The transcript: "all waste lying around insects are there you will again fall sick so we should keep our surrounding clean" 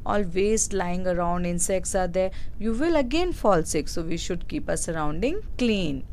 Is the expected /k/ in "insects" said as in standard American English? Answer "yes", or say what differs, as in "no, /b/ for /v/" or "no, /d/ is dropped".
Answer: yes